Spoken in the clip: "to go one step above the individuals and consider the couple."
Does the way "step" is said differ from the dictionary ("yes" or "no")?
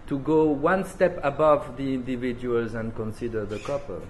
no